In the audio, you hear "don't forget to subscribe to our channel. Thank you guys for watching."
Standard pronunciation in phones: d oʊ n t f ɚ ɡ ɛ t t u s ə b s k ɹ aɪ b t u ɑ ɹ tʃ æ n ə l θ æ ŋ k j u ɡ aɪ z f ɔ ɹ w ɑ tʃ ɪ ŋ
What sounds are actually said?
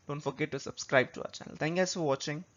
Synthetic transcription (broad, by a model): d oʊ n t f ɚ ɡ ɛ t t u s ə b s k ɹ aɪ b t u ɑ tʃ æ n ə l t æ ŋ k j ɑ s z f ɔ ɹ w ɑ tʃ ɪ ŋ